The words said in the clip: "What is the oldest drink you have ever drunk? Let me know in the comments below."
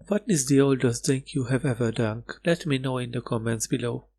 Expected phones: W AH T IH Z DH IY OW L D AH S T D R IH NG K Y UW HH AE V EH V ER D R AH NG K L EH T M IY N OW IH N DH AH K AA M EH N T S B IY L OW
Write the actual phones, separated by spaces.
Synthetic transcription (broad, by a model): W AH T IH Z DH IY OW L D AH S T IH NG K Y UW HH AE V EH V ER D AH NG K L EH T M IY N OW IH N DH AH K AA M EH N T S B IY L OW